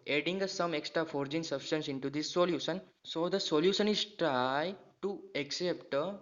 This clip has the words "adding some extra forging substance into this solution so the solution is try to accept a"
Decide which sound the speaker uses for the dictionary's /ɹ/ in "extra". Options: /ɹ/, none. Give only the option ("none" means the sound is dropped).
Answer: /ɹ/